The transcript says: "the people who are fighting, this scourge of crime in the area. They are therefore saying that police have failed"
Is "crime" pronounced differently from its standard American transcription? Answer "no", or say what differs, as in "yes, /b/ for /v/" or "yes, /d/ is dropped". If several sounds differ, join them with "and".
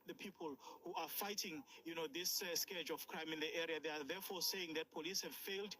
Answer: no